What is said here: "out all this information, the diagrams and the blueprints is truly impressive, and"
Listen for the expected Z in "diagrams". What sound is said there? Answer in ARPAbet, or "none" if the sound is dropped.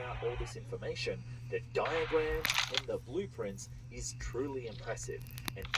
none